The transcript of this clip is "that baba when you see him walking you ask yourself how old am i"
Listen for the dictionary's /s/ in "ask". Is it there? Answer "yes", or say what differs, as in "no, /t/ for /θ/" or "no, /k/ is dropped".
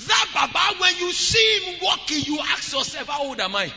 no, /s/ is dropped